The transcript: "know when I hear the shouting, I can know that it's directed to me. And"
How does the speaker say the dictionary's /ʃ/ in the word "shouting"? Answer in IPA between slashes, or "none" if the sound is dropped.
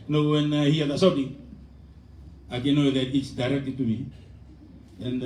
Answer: /s/